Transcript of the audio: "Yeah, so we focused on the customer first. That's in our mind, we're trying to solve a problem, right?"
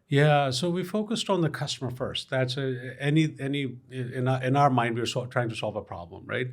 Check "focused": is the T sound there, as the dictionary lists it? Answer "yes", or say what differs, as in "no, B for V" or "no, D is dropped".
yes